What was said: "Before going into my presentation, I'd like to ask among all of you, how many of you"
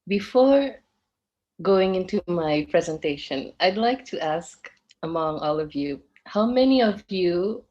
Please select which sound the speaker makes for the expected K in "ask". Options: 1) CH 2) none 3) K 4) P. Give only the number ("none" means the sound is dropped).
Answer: 3